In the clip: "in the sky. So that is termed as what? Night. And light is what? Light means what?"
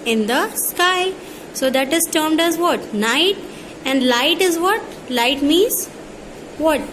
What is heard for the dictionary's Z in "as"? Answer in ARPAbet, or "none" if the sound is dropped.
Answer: Z